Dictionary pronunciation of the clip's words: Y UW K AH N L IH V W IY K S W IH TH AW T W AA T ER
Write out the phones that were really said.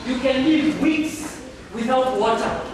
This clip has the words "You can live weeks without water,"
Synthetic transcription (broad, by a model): Y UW K AH N L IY V W IY K S W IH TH AW T W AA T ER